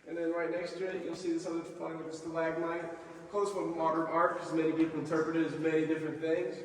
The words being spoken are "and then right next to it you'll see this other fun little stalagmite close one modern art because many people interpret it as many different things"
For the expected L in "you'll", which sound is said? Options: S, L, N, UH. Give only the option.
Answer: N